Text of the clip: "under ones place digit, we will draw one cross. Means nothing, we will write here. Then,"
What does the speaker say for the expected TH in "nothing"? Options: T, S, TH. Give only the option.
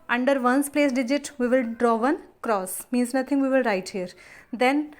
T